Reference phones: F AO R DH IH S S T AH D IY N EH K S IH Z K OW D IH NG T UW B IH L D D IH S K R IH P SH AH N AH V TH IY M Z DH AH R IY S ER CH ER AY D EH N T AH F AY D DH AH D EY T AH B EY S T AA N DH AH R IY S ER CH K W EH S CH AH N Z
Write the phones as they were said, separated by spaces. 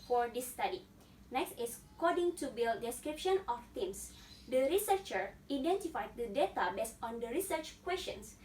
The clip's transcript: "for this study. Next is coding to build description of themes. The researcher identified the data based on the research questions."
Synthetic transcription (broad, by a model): F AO R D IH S S T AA D IY N EH K S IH S K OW D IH NG T UW B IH L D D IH S K R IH P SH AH N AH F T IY M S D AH R IY S ER CH ER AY D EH N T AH F AY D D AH D EY T AH B EY S T AA N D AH R IY S ER CH K W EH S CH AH N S